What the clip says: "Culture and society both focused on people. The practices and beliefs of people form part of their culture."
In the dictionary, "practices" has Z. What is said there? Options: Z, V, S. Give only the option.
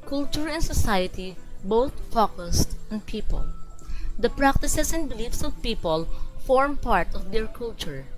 S